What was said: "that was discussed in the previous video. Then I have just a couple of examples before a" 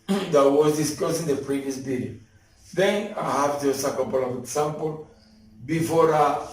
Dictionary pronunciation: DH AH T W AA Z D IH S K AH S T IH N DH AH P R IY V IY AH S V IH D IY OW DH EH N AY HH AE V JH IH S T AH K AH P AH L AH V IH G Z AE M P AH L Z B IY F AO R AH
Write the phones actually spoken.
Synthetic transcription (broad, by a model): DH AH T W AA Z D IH S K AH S IH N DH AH P R IY V IY AH S B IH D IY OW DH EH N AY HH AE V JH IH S AH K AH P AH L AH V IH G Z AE M P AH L B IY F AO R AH